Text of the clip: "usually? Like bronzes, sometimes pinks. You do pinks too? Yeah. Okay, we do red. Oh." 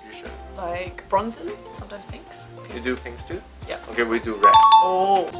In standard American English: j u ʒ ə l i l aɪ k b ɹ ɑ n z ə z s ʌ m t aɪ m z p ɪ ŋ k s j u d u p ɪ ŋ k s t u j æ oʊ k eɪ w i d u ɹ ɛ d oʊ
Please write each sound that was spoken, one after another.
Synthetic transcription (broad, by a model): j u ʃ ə l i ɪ k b ɹ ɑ n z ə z s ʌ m t aɪ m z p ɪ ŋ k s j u d u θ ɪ ŋ s t u j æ oʊ k eɪ w i d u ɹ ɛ oʊ